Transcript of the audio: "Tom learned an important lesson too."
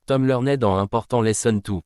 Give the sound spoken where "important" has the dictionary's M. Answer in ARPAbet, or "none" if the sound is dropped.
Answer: none